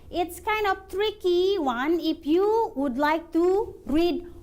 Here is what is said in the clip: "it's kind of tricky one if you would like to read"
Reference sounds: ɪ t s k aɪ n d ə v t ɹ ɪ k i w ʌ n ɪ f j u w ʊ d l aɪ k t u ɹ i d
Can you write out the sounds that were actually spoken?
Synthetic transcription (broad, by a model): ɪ t s k aɪ n d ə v t ɹ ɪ k i w ʌ n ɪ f j u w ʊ d l aɪ k t u ɹ i d